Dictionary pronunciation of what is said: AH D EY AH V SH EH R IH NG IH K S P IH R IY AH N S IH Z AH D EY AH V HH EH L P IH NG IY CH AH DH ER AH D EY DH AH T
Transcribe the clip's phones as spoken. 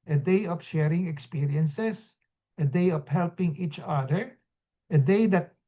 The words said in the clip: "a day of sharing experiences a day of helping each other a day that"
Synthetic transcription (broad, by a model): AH D EY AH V SH EH R IH NG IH K S P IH R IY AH N S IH S AH D EY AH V HH EH L P IH NG IY CH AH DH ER AH D EY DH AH T